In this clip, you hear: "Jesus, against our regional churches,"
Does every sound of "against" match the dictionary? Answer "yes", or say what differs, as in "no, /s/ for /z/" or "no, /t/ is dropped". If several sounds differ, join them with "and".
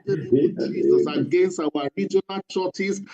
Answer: yes